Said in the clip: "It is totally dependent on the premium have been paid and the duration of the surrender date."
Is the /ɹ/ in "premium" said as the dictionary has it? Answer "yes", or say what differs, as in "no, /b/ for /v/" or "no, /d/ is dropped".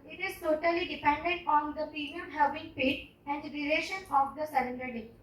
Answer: no, /ɹ/ is dropped